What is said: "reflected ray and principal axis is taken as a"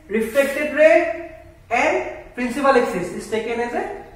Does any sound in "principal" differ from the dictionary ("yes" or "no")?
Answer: no